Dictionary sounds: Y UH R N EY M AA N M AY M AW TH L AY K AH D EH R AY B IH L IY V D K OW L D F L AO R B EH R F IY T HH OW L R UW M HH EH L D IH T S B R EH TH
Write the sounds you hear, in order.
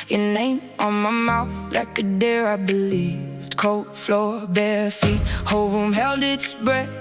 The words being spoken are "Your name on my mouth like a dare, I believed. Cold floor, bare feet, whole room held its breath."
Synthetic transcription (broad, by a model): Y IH N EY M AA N M AY M AW TH L AY K AH D EH R AY B IH L IY V D K OW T F L AO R B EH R F IY T HH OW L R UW M HH EH L D IH T S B R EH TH